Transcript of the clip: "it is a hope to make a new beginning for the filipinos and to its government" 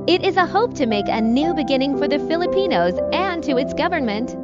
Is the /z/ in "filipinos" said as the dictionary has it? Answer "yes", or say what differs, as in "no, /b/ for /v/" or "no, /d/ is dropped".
yes